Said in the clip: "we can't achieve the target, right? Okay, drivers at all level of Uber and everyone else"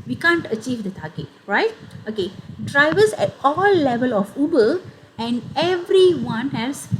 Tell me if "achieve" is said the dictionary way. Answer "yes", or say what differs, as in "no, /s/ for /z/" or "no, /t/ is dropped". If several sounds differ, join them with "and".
yes